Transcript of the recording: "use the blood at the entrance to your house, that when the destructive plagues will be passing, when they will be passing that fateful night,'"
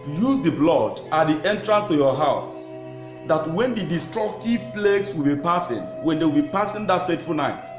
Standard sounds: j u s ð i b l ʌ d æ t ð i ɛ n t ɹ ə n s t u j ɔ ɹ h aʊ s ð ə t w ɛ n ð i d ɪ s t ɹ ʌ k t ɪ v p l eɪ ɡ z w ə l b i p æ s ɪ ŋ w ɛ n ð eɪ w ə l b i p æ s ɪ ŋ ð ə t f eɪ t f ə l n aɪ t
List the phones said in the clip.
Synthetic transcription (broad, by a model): j u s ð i b l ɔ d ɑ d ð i ɛ n t ɹ ə n s t u j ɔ h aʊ s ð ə t w ɛ n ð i d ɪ s t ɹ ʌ k t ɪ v p l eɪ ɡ s w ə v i p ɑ s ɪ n w ɛ n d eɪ w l b i p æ s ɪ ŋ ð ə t f eɪ t f ə l n aɪ t